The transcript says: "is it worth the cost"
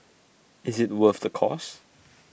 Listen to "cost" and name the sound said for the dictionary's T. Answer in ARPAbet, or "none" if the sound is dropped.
none